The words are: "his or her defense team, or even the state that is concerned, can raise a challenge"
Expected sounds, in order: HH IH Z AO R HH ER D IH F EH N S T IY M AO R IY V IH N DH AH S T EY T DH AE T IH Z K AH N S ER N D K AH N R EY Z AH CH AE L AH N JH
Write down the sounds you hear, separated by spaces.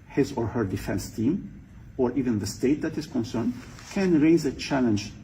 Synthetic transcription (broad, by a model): HH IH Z AO R HH ER D IH F EH N S T IY M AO R IY V IH N DH AH S T EY T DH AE T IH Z K AH N S ER N D K AH N R EY Z AH CH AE L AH N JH